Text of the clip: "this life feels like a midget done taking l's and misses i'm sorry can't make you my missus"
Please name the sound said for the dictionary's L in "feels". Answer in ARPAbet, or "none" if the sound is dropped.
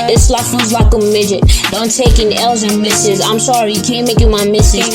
none